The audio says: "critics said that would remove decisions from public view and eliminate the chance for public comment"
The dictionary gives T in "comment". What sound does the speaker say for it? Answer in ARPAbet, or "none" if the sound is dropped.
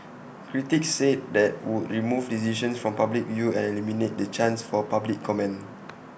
none